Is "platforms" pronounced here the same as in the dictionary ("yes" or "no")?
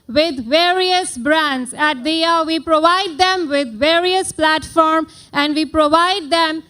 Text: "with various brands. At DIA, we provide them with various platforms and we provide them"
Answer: no